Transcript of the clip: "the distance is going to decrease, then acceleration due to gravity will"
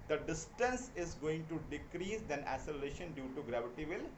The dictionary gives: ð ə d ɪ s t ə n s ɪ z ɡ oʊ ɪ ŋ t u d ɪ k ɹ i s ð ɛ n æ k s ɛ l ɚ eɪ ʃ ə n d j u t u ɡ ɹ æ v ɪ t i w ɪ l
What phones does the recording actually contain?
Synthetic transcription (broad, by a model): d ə d ɪ s t ə n s ɪ z ɡ oʊ ɪ ŋ t u d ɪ k ɹ i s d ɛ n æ s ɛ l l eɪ ʃ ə n d j u t u ɡ ɹ æ v ɪ t i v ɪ l